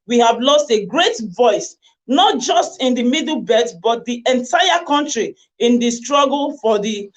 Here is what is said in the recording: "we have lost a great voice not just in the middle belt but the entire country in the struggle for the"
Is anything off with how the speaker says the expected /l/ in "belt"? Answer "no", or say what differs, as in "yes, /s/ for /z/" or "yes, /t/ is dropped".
yes, /l/ is dropped